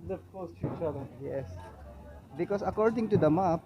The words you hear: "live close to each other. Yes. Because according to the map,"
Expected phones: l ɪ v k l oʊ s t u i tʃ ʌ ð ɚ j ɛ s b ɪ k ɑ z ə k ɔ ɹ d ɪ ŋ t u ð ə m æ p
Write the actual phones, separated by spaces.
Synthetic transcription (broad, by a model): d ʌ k oʊ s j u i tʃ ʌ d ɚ j ɛ s b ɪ k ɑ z ə k ɔ ɹ d ɪ ŋ t u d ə m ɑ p